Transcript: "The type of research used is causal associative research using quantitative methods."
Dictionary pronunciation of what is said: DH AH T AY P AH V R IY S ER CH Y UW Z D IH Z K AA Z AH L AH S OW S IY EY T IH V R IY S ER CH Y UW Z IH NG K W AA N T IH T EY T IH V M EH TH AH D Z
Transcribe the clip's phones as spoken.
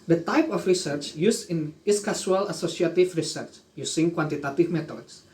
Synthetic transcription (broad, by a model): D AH T AY P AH F R IY S ER CH Y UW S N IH S K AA S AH L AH S OW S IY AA T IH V R IY S ER CH Y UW S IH NG K W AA N T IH T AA T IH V M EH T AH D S